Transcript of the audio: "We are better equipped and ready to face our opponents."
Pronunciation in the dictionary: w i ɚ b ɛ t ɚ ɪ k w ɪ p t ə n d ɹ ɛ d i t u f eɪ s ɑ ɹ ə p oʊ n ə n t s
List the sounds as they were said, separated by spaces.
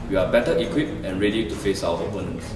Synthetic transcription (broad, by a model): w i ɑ b ɛ t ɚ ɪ k w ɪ p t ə n ɹ ɛ d i t u f eɪ s ɑ w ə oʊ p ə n